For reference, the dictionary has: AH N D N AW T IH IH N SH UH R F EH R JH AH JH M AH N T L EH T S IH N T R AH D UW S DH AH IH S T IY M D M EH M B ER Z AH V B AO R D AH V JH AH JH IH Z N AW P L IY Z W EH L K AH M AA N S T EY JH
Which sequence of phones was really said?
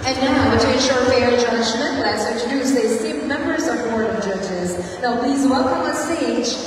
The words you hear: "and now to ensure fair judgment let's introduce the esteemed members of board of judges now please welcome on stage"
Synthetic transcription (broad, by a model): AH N N AW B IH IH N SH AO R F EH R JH AH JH M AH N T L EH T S IH N T R AH D UW S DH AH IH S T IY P M EH M B ER Z AH V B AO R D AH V JH AH JH IH Z N AW P L IY Z W EH L K AH M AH S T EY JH